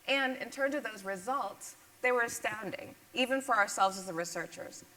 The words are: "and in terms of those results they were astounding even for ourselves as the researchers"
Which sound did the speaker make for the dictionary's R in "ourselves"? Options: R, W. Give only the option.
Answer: R